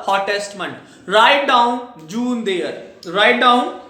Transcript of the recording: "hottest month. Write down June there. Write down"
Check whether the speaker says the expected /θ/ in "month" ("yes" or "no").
no